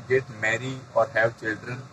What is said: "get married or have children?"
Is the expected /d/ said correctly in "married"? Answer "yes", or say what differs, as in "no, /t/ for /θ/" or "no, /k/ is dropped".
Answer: no, /d/ is dropped